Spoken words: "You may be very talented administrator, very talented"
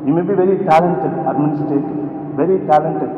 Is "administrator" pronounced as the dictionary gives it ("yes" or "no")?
no